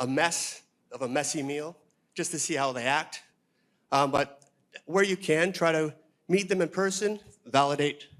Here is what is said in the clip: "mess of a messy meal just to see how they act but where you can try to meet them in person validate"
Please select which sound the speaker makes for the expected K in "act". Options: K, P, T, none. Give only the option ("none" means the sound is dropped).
K